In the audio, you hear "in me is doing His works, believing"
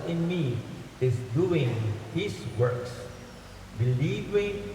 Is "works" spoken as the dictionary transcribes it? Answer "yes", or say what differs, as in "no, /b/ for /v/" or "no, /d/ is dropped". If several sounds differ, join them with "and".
yes